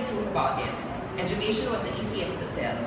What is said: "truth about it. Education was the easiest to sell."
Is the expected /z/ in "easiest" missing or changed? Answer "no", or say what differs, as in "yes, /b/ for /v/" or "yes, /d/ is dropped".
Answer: yes, /s/ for /z/